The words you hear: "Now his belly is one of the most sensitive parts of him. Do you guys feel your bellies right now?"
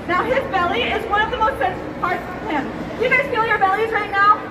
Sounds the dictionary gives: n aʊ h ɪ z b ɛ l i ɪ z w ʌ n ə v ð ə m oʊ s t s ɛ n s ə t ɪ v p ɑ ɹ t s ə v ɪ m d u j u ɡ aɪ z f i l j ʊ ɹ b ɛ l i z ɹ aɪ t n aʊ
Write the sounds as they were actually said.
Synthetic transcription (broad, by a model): n aʊ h ɪ z b ɛ l i ɪ z w ʌ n ə v ð ə m oʊ s t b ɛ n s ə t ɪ p ɑ ɹ t s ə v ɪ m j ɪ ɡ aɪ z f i l j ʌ ɹ b ɛ l i z ɹ aɪ t n aʊ